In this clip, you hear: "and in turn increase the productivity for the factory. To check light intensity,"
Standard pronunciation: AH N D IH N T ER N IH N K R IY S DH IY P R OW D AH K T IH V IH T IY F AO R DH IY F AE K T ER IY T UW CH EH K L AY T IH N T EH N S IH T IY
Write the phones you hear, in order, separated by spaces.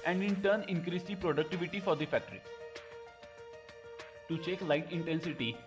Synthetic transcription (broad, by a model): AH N D IH N T ER N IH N K R IY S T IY P R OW D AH K T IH V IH T IY F AO R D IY F AE K T ER IY T UW CH EH K L AY T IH N T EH N S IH T IY